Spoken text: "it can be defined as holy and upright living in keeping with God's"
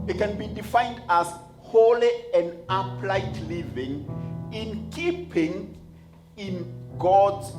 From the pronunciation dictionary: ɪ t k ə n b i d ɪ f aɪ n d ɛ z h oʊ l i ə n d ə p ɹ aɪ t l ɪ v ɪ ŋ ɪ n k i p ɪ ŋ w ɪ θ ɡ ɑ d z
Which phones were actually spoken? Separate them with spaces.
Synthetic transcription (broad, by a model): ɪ t k ə n b i d ɪ f aɪ n d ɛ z h oʊ l i ə n d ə p l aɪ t l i v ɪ ŋ ɪ n k i p ɪ ŋ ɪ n ɡ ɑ d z